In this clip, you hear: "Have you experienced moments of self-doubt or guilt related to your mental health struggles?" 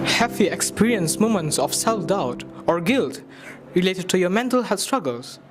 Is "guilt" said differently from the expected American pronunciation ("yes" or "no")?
no